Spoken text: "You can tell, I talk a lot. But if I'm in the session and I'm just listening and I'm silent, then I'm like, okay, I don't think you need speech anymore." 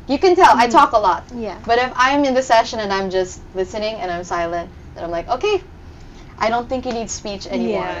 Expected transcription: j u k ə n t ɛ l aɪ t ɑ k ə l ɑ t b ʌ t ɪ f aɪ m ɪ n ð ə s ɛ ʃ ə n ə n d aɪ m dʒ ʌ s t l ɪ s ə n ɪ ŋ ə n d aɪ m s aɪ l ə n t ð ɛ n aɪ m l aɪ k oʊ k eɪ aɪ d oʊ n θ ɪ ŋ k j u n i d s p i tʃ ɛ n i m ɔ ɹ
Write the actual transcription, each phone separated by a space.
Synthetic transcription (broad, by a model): j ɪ k ə n t ɛ l aɪ t ɑ k ə l ɑ t b ʌ t ɪ f aɪ m ɪ n ð ə s ɛ ʃ ə n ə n aɪ m dʒ ʌ s t l ɪ s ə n ɪ ŋ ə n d aɪ m s aɪ l ə n t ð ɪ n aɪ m l aɪ k oʊ k eɪ aɪ d oʊ n θ ɪ ŋ k j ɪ n i d s p i tʃ ɛ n i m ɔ ɹ